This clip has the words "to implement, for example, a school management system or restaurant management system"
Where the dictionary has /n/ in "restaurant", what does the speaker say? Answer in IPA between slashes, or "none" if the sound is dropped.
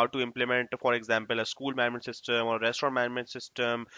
none